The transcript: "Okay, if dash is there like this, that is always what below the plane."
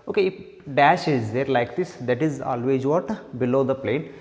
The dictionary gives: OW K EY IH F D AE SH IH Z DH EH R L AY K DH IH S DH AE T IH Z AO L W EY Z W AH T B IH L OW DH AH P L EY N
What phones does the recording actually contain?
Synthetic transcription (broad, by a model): OW K EY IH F D AE SH IH Z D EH R L AY K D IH S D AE T IH Z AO L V EY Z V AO T B IH L OW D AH P L EY N